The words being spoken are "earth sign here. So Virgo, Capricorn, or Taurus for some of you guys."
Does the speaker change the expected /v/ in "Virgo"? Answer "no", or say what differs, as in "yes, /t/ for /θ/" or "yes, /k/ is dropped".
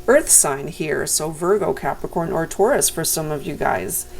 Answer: no